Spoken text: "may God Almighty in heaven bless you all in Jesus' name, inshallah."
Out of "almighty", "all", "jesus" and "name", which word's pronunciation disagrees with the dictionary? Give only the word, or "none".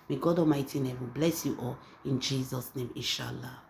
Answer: almighty